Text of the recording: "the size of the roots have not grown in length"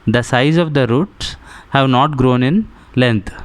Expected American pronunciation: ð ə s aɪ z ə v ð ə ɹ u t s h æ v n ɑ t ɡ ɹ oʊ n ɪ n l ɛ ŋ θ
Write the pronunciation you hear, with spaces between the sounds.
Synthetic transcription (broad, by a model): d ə s aɪ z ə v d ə ɹ u t s h æ v n ɑ t ɡ ɹ oʊ n ɪ n l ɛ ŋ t